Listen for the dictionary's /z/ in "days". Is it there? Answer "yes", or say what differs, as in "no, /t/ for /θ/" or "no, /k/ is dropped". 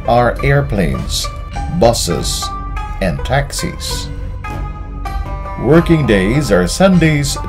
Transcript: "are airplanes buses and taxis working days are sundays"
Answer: yes